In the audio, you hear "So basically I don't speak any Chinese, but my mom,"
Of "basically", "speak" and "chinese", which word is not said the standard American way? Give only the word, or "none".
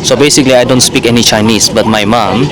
chinese